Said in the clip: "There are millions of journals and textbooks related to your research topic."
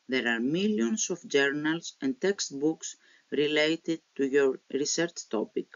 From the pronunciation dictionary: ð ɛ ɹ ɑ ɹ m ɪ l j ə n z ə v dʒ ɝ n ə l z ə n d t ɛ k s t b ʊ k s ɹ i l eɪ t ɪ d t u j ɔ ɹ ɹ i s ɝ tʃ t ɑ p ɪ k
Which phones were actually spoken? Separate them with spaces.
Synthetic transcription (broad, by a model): ð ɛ ɹ ɑ ɹ m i l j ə n s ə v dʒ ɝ n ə l s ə n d t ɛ k s t b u k s ɹ i l eɪ t ɪ d t u j ɔ ɹ ɹ i s ɝ tʃ t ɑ p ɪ k